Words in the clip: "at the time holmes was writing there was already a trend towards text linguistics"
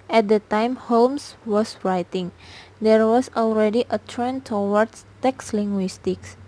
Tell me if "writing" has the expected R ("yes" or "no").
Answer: yes